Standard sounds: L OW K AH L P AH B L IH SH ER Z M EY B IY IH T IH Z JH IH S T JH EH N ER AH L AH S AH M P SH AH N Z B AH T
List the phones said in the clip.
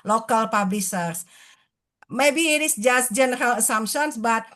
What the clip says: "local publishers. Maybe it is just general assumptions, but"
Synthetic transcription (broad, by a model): L OW K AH L P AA B L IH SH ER S M EY B IY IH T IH S JH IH S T JH EH N ER AH L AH S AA M P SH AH N S B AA T